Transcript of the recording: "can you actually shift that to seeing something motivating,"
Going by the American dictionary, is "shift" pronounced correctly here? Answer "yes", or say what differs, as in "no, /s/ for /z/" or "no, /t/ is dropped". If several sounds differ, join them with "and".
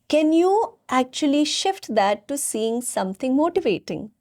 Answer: yes